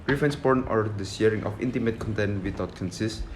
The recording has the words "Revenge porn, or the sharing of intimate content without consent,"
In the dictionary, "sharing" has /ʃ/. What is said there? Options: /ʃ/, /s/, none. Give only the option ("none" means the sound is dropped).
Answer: /s/